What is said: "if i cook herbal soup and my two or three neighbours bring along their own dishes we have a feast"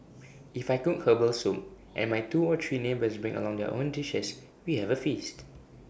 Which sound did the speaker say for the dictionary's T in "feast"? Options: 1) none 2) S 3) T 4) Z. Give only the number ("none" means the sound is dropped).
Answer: 3